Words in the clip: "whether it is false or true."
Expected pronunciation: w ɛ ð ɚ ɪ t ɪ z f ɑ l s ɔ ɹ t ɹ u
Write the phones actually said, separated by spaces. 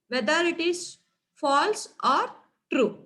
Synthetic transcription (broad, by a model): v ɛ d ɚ ɪ t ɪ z f ɑ l s ɔ ɹ t ɹ u